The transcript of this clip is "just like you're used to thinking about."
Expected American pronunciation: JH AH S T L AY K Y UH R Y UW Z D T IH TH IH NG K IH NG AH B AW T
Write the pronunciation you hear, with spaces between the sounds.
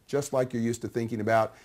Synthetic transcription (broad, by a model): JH AH S T L AY K Y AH R Y UW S T IH TH IH NG K IH NG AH B AW T